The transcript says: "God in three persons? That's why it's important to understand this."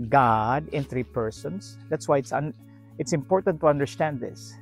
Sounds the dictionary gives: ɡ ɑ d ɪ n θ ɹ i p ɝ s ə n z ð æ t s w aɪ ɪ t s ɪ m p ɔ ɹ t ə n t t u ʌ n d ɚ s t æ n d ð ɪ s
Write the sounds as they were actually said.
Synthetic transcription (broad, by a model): ɡ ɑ d ɪ n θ ɹ i p ɝ s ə n s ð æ t s w aɪ ɪ t s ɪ m p ɔ ɹ t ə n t t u ʌ n d ɚ s t æ n d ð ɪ s